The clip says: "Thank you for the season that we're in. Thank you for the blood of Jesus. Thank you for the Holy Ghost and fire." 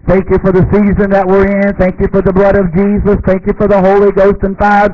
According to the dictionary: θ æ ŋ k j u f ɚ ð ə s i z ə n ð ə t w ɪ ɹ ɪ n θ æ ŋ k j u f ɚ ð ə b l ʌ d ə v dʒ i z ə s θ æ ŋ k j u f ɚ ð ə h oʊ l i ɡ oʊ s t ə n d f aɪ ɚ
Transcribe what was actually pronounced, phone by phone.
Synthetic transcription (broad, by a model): θ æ ŋ k j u f ɚ ð ə s i z ə n ð ə t w ɪ ɹ ɪ n θ æ ŋ k j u f ɚ ð ə b l ʌ d ə v dʒ i z ə s θ æ ŋ k j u f ɚ ð ə h oʊ l i ɡ oʊ s t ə n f aɪ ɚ